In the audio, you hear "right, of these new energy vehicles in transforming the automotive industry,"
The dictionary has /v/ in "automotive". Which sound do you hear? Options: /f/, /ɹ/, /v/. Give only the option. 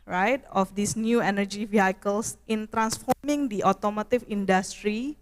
/f/